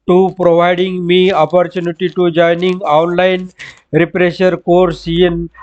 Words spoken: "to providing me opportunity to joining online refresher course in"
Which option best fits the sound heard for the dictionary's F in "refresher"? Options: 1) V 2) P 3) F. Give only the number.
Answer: 2